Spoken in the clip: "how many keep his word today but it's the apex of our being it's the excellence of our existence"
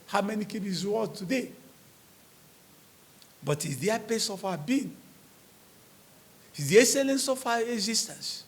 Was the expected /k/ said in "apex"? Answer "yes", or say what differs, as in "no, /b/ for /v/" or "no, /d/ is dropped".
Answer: no, /k/ is dropped